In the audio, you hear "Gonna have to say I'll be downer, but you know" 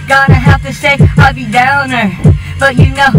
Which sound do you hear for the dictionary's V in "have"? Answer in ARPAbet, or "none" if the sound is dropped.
F